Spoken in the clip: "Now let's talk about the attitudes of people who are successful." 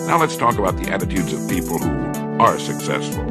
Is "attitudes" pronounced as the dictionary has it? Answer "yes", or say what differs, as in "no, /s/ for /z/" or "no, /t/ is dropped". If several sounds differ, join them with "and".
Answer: yes